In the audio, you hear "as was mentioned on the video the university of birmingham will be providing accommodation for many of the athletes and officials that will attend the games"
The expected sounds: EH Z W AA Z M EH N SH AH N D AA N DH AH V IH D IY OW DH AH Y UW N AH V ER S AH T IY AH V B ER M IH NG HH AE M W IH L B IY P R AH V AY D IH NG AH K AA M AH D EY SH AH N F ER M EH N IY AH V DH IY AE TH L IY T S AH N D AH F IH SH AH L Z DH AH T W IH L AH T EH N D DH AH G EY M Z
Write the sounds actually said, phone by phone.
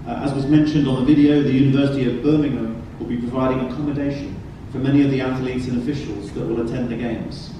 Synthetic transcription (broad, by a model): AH Z W AA Z M EH N SH AH N D N DH AH V IH D IY OW DH AH Y UW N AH V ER S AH T IY AH V B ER M IH NG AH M W IH L B IY P R AH V AY D IH NG AH K AA M AH D EY SH AH N F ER M EH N IY AH V DH IY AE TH L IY T S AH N AH F IH SH AH L Z DH AH T W IH L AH T EH N DH AH G EY M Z